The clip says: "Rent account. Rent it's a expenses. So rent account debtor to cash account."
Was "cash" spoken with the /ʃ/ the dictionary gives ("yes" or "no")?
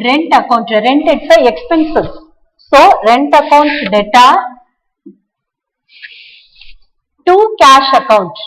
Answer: yes